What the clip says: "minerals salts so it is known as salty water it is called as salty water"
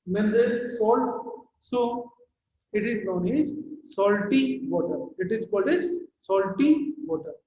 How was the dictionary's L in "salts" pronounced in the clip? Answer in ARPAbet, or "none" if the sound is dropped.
L